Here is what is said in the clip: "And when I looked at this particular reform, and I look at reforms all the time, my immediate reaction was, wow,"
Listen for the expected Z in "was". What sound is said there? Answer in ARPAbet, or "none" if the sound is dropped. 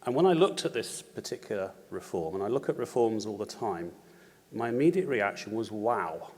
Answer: Z